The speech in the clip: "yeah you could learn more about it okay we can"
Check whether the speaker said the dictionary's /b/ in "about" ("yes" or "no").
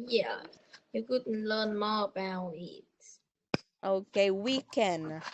no